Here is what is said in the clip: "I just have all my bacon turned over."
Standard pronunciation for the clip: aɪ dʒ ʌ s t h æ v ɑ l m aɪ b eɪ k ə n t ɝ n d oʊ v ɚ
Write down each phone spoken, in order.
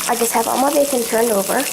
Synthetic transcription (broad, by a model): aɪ dʒ ʌ s t h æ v ɑ l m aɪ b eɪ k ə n t ɝ n d oʊ v ɚ